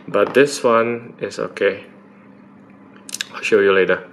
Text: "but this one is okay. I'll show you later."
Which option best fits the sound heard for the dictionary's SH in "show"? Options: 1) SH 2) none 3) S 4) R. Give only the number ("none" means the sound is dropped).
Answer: 1